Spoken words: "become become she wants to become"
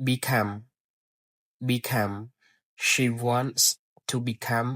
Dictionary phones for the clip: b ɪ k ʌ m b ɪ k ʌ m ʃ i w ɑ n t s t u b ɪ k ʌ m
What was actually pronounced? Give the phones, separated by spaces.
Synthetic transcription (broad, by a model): b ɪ k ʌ m b ɪ k ʌ m ʃ i w ɑ n t s t u b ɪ k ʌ m